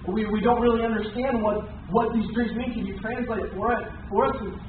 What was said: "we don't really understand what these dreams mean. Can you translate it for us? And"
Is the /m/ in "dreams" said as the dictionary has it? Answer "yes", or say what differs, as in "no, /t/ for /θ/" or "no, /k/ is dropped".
no, /m/ is dropped